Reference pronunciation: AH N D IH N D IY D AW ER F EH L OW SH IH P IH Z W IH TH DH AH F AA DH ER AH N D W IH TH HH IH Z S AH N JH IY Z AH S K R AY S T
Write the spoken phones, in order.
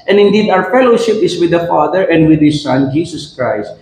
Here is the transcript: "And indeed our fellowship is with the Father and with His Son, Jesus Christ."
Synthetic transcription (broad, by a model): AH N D IH N D IY D AW ER F EH L OW SH IH P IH S W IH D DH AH F AA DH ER AH N D W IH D HH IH S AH N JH IY S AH S K R AY S T